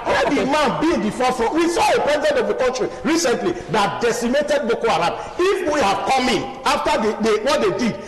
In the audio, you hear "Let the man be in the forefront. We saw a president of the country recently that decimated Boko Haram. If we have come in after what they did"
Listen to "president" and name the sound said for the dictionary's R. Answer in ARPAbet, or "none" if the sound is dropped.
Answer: R